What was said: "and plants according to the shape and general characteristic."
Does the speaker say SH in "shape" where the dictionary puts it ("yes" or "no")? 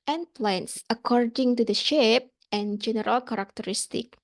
yes